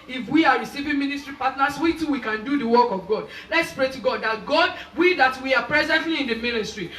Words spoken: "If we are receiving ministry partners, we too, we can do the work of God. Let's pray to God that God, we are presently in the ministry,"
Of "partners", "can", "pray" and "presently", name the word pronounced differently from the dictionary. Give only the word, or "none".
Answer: partners